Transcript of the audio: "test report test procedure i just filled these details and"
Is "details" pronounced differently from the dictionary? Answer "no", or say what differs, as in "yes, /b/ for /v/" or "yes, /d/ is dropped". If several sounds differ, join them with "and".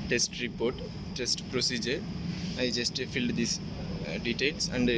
yes, /s/ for /z/